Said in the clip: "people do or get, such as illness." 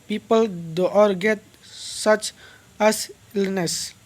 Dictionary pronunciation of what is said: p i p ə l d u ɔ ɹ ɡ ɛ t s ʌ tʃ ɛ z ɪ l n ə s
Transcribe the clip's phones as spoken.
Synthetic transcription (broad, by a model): p i p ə l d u ɔ ɹ ɡ ɛ t s ʌ tʃ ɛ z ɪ l n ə s